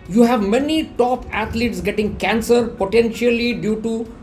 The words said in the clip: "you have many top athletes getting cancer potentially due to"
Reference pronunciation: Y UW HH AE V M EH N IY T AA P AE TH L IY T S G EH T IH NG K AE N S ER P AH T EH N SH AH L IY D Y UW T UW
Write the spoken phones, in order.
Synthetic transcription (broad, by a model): Y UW HH AE V M EH N IY T AA P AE T L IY T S G EH T IH NG K AE N S ER P AH T EH N SH AH L IY D Y UW T UW